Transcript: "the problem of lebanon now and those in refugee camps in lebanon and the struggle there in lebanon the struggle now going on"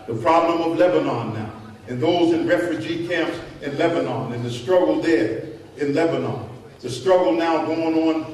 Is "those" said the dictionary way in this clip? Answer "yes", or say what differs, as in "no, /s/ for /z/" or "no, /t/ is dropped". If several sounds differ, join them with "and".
yes